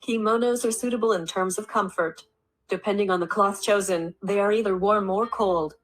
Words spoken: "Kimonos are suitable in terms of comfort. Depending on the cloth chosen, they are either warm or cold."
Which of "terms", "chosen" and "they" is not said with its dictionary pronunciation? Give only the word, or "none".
none